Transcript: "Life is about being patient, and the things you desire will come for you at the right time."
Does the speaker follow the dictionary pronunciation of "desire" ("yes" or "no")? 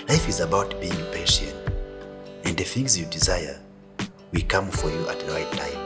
yes